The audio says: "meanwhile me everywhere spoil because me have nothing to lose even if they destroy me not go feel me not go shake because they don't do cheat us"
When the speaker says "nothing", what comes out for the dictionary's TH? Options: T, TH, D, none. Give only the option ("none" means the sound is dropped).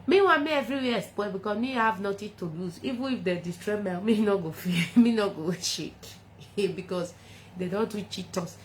T